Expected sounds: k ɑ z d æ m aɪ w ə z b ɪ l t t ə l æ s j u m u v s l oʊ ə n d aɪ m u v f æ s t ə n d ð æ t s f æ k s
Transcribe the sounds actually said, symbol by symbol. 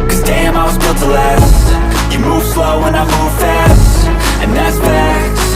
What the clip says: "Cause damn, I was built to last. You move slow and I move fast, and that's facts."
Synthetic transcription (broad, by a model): k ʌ z d æ m aɪ w ə z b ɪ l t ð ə l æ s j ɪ m u v s l oʊ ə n aɪ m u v f æ s t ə n ð æ t s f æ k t